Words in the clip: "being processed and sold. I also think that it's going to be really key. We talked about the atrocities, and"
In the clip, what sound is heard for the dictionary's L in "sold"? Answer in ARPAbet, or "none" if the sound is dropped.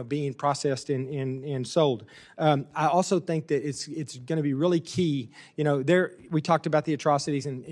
L